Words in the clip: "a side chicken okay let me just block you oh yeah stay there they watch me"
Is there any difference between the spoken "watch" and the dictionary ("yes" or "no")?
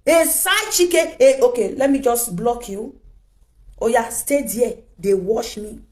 yes